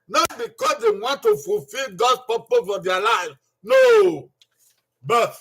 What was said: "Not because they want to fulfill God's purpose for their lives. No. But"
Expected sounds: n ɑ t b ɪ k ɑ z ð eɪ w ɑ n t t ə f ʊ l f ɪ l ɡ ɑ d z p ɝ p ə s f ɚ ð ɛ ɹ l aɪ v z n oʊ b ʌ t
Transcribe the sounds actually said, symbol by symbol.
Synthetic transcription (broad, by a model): n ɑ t b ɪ k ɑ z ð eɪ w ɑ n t t ə f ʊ l f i l ɡ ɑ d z p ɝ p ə f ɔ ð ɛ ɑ l aɪ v n oʊ b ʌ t